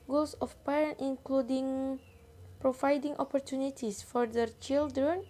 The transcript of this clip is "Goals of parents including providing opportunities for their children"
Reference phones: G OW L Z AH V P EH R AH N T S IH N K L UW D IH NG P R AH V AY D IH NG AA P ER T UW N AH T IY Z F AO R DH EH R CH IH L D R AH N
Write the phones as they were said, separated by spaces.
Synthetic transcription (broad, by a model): G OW L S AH F P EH R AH N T IH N K L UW D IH NG P R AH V AY D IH NG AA P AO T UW N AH T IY S F AO R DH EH R CH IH L D R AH N